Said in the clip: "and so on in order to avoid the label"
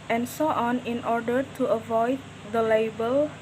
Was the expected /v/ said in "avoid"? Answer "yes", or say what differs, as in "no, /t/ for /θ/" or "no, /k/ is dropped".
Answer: yes